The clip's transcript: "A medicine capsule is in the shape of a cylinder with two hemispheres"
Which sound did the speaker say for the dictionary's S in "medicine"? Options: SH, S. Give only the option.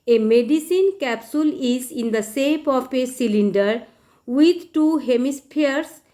S